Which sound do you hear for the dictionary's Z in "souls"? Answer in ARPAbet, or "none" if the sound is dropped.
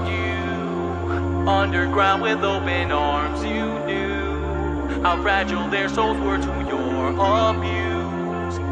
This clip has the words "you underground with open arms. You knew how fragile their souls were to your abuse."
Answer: none